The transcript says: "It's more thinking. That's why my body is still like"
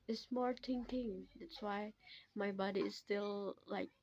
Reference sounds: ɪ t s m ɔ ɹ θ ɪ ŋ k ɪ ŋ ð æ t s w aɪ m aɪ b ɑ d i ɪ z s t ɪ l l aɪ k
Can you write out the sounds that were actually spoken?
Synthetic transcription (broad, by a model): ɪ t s m ɔ ɹ t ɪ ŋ k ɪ ŋ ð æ t s w aɪ m aɪ b ɑ d i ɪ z s t ɪ l l aɪ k